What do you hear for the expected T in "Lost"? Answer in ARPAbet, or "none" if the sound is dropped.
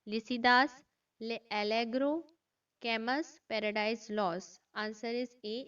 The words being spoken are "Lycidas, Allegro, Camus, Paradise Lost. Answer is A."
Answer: none